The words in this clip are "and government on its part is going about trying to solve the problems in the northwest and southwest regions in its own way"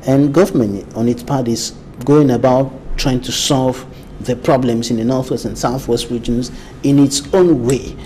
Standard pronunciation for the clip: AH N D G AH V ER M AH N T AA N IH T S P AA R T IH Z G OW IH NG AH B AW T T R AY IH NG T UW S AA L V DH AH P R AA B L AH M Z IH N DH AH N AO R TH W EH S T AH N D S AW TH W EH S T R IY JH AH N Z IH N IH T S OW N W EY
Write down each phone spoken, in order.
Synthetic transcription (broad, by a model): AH N G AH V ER M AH N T AA N IH T S P AA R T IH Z G OW IH NG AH B AW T T R AY IH NG T UW S AA L V DH AH P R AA B L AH M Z IH N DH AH N AO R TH W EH S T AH N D S AW TH W EH S T R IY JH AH N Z IH N IH T S OW N W EY